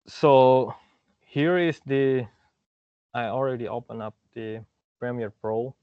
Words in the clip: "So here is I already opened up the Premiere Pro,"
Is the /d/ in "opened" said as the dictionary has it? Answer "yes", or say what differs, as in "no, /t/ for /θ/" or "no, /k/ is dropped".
no, /d/ is dropped